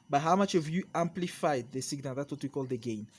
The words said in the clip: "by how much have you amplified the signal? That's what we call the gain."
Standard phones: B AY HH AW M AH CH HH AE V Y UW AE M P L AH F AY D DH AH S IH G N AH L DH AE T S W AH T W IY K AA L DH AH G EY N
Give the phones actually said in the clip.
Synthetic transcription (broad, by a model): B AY HH AW M AH CH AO V Y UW AE M P L AH F AY D DH AH S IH G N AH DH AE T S W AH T W IY K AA L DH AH G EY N